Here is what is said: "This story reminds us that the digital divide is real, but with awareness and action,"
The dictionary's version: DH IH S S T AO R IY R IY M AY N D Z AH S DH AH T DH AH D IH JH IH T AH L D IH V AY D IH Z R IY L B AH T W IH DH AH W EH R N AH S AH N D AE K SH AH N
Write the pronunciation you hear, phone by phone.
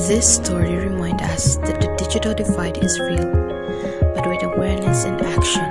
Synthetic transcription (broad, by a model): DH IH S S T AO R IY R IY M AY N D AH S DH AH T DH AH D IH JH IH T AH L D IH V AY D IH Z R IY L B AH T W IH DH AH W EH R N AH S AH N D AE K SH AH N